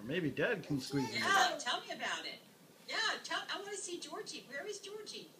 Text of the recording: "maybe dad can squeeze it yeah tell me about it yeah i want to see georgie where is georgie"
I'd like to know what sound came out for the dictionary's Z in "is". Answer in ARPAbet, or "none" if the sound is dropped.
Z